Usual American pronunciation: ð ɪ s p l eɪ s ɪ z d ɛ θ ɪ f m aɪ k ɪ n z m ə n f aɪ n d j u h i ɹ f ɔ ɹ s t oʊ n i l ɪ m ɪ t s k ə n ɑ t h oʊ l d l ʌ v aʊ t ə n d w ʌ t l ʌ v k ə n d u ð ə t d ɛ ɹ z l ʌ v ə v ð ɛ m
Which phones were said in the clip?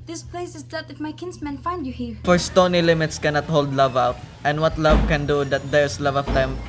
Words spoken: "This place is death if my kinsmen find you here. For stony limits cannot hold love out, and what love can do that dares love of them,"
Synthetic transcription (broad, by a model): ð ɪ s p l eɪ s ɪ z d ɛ t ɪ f m aɪ k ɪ n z m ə n f aɪ n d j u h i ɹ f ɔ ɹ s t oʊ n i l ɪ m ɪ t s k ə n ɑ t h oʊ l d l ʌ v aʊ t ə n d w ʌ t l ʌ v k ə n d u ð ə t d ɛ ɹ s l ʌ v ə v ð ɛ m